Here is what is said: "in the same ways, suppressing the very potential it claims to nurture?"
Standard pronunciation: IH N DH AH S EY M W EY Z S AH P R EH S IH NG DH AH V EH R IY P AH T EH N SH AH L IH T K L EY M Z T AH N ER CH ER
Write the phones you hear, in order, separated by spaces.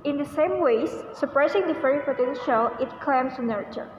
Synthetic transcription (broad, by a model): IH N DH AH S EY M W EY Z S AH P R EH S IH NG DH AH F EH R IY P AH T EH N SH AH L IH T K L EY M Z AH N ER CH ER